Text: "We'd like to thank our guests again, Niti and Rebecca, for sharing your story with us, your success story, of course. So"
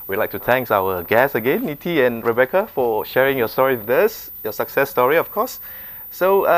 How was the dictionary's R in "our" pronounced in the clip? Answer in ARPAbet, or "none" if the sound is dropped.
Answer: W